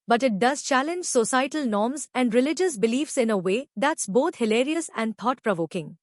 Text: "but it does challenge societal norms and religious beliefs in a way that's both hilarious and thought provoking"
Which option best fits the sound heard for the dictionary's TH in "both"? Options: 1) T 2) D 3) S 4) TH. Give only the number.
1